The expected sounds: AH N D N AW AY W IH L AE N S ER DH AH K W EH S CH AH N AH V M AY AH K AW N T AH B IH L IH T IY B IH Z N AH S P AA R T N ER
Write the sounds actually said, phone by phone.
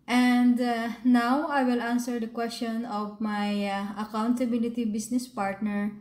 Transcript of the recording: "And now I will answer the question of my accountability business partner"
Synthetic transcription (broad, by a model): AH N D N AW AY W IH L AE N S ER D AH K W EH S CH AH N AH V M AY AH K AW N T AH B IH L IH T IY B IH S N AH S P AA R T N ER